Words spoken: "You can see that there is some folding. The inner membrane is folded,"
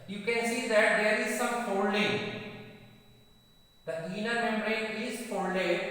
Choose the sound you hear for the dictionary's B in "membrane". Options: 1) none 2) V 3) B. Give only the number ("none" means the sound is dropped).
1